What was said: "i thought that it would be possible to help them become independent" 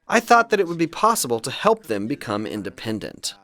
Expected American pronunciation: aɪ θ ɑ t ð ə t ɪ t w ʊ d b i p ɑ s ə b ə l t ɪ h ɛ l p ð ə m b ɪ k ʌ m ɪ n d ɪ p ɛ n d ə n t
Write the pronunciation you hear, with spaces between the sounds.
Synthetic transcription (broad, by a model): aɪ θ ɑ t ð ə t ɪ t w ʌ d b i p ɑ s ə b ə l t ɪ h ɛ l p ð ə m b ɪ k ʌ m ɪ n d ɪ p ɛ n d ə n t